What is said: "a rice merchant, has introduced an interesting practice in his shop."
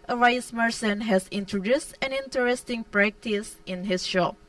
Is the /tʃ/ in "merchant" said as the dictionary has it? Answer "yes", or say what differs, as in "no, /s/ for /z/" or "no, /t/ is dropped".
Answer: no, /s/ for /tʃ/